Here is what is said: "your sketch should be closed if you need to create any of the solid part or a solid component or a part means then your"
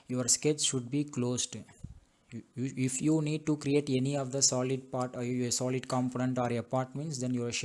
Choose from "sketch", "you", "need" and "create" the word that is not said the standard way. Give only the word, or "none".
sketch